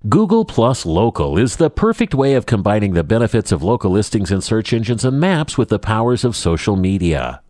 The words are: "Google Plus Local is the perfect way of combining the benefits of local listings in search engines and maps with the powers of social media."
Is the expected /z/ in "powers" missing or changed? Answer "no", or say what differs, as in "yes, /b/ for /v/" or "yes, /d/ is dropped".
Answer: no